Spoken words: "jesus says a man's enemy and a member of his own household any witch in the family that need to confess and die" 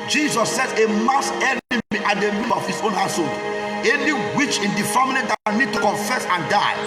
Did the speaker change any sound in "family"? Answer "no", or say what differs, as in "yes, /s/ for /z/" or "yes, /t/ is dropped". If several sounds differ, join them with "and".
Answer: yes, /n/ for /l/